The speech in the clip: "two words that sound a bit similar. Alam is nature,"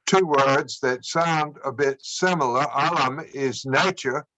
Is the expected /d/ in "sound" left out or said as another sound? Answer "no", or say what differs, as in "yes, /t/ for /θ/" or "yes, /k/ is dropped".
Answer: no